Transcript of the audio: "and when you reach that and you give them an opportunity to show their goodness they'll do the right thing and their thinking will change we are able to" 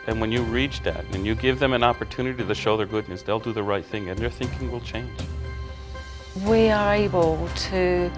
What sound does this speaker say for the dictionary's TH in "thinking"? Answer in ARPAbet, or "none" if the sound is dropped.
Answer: TH